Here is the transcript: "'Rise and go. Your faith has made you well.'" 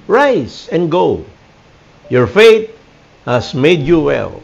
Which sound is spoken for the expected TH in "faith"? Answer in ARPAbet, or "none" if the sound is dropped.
T